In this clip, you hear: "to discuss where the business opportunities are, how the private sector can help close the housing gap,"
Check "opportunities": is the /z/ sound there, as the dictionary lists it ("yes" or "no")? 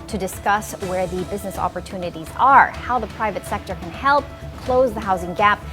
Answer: yes